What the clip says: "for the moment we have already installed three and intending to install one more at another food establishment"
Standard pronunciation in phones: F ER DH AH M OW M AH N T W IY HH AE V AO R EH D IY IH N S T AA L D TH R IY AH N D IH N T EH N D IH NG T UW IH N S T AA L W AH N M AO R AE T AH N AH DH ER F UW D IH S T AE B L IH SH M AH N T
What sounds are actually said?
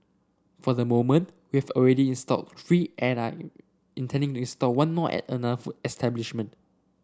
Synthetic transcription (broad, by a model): F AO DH AH M OW M AH N T W IY HH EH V AO R EH D IY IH N S T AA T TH R IY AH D IH N T EH N D IH NG T UW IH N S T AA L W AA N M AO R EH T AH N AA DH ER F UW IH S T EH B L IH SH M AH N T